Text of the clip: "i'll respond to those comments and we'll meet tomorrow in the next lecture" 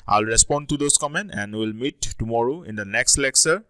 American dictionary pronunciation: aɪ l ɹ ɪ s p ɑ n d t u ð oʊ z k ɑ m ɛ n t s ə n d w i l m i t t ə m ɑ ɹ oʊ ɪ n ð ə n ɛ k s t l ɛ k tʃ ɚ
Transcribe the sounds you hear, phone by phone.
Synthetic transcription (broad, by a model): aɪ l ɹ ɪ s p ɑ n d t u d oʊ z k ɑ m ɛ n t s ə n d w i l m i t t ə m ɑ ɹ oʊ ɪ n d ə n ɛ k s t l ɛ k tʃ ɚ